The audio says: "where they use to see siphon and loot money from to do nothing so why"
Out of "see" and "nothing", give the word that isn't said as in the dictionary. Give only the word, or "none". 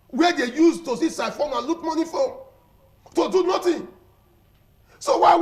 nothing